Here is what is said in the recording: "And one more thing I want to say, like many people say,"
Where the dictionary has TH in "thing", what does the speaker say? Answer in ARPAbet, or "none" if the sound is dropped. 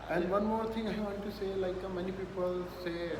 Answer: T